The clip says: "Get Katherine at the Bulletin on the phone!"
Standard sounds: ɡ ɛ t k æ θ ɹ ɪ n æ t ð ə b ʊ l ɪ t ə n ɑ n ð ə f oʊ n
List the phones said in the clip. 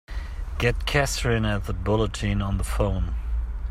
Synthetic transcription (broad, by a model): ɡ ɛ t k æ s ɹ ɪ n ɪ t ð ə b ʊ l ɪ t ə n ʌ n ð ə f oʊ n